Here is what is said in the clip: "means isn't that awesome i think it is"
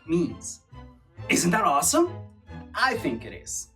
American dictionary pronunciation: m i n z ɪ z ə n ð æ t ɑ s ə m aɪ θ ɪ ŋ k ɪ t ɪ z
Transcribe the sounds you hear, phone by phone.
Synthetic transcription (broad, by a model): m i n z ɪ z ə n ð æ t ɑ s ə m aɪ θ ɪ ŋ k ɪ t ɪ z